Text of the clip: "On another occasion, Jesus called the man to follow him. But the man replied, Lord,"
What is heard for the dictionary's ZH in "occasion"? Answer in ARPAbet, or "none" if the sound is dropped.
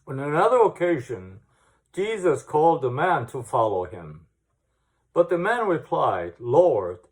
ZH